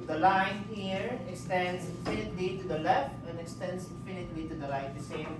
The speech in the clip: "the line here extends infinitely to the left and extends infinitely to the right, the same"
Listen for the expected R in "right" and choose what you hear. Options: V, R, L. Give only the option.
L